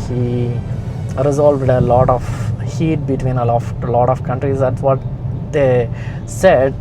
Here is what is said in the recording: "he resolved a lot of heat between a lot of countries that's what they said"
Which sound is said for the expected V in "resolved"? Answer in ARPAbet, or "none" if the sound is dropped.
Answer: V